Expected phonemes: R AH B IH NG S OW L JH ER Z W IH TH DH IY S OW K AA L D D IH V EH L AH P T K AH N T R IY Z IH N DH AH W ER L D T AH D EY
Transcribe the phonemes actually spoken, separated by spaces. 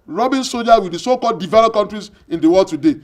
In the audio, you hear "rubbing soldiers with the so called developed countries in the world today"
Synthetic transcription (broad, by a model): R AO B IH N S OW JH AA W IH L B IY S OW K AA L D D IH V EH L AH P K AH N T R IY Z IH N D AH W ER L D T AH D EY